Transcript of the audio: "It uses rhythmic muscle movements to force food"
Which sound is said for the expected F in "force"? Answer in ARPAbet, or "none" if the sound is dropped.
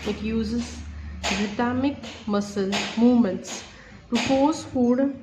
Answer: P